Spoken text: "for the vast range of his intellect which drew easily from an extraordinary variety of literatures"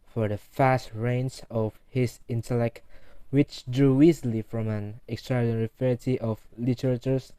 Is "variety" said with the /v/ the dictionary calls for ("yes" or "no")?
no